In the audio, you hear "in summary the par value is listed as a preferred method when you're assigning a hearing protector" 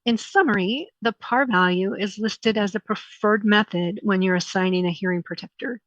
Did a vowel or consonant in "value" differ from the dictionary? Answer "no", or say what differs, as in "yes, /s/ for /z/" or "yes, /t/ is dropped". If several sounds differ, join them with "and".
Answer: no